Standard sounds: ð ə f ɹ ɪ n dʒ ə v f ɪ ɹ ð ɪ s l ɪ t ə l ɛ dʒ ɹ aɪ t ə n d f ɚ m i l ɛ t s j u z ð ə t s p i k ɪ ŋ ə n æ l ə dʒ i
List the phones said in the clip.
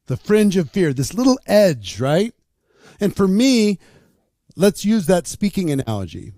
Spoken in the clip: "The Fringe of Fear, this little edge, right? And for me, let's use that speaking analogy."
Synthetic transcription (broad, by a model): ð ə f ɹ ɪ n dʒ ə v f ɪ ɹ ð ɪ s l ɪ t l ɛ dʒ ɹ aɪ t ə n f ɚ m i l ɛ t s j u z ð ə t s p i k ɪ ŋ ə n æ l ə dʒ i